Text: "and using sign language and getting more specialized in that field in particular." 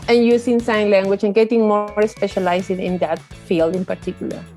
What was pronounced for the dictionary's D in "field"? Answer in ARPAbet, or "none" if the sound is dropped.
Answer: D